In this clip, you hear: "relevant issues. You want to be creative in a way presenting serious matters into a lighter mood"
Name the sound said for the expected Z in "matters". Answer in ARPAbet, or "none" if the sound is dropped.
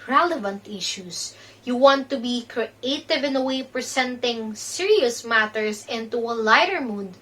S